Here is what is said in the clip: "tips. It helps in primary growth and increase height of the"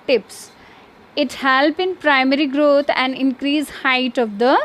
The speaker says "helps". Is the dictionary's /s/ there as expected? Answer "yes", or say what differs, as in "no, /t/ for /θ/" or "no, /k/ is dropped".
no, /s/ is dropped